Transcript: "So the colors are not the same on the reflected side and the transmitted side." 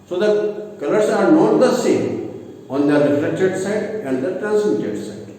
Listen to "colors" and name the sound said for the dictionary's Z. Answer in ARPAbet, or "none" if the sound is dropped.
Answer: S